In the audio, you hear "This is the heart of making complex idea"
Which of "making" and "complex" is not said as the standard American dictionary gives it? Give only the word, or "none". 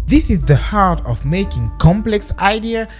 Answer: none